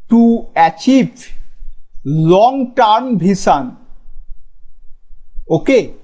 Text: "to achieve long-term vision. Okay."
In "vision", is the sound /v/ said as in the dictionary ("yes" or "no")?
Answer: no